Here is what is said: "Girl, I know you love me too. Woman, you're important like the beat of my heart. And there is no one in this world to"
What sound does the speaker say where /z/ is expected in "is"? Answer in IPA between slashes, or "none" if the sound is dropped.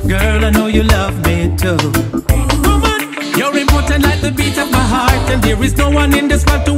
/z/